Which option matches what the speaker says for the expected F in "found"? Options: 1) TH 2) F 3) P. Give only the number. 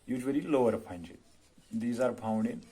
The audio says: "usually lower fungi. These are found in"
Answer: 3